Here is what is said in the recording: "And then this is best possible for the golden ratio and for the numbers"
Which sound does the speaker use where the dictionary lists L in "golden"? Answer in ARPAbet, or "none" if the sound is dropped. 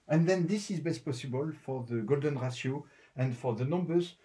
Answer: L